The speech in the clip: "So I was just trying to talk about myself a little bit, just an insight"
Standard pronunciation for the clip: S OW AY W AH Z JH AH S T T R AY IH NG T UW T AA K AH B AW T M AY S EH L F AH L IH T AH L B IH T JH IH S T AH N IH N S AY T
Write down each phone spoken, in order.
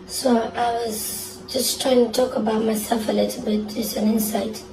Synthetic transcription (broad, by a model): S OW AY W AH Z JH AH S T T R AY IH NG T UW T AA K AH B AW T M AY S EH F AH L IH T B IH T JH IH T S AH N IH N S AY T